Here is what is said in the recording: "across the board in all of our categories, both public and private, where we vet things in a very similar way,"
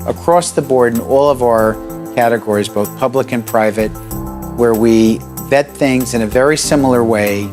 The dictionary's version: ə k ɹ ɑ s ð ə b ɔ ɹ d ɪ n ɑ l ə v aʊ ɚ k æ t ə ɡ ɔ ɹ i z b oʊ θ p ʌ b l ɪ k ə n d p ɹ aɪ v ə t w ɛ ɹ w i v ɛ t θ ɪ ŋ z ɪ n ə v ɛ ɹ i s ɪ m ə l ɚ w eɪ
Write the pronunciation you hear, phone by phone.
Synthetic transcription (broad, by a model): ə k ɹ ɑ s ð ə b ɔ ɹ d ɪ n ɑ l ə v aʊ ɚ k æ t ə ɡ ɔ ɹ i z b oʊ θ p ʌ b l ɪ k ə n p ɹ aɪ v ə t w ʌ ɹ w i v ɛ t θ ɪ ŋ z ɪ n ə v ɛ ɹ i s ɪ m l ɚ w eɪ